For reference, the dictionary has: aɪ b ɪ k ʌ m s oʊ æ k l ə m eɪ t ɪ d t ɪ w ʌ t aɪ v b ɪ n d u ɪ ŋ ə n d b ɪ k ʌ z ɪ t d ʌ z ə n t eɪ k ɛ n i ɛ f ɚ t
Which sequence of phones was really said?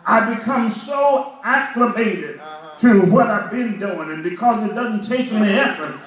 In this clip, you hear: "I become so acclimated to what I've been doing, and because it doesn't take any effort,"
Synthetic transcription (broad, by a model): aɪ b ɪ k ʌ m s oʊ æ k l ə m eɪ t ɪ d t ɪ w ʌ t aɪ v b ɪ n d u ɪ ŋ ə n b ɪ k ʌ z ɪ t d ʌ z n t eɪ k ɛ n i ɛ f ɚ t